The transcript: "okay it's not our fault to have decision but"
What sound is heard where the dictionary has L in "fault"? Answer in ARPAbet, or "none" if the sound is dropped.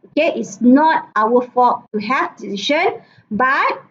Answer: none